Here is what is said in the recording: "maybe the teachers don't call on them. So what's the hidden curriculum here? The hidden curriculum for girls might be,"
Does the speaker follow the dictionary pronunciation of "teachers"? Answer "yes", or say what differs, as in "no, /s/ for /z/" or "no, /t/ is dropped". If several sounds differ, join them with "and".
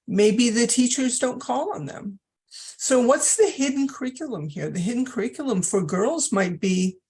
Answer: yes